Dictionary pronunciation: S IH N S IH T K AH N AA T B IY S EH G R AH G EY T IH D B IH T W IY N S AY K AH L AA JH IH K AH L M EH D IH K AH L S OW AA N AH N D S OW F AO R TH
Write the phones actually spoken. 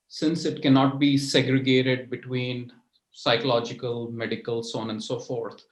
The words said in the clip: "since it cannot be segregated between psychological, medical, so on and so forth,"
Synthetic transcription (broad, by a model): S IH N S IH T K AH N AA T B IY S EH G R AH G EY T IH D B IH T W IY N S AY K AH L AA JH IH K AH L M EH D IH K AH L S OW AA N AH N D S OW F AO R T